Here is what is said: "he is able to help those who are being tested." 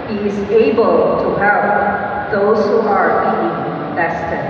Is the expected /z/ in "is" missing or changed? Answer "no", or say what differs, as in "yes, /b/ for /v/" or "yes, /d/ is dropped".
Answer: no